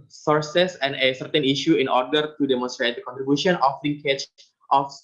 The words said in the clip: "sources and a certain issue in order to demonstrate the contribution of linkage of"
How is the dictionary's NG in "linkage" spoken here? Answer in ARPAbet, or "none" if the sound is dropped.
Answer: none